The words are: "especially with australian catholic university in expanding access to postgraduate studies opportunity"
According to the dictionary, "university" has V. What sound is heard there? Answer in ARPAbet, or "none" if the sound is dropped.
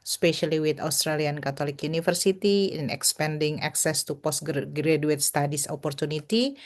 F